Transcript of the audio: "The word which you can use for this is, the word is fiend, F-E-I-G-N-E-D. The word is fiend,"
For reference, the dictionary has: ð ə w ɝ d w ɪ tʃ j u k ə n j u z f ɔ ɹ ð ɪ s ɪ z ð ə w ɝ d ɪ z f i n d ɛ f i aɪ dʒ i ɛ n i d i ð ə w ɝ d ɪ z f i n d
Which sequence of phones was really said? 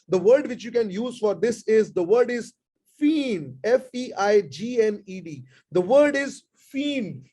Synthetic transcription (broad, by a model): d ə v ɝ d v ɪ tʃ j u k ə n j u z f ɔ ɹ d ɪ s ɪ z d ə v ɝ d ɪ z f i n ɛ f i aɪ dʒ i ɛ n i d i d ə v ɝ d ɪ z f i n